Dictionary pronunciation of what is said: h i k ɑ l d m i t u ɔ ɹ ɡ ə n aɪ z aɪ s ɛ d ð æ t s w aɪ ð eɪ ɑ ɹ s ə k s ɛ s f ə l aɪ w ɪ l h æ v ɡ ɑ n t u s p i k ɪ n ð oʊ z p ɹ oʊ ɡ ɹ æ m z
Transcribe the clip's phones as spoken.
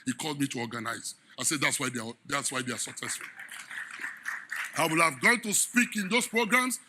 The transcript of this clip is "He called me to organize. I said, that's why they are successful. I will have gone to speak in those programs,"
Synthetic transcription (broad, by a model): h i k ɑ l d m i t u ɔ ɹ ɡ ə n aɪ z aɪ s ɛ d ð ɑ t s w aɪ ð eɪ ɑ w s ə k s ɛ s f ə l aɪ w ɪ l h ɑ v ɡ ɑ n t u s p i k ɪ n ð oʊ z p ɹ oʊ ɡ ɹ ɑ m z